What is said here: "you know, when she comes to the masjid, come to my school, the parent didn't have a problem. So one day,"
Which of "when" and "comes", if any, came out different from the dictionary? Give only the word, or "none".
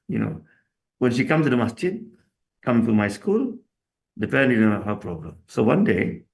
comes